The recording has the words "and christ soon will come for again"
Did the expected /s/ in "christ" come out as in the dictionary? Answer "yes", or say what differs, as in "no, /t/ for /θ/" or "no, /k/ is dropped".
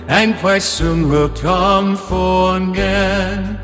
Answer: no, /s/ is dropped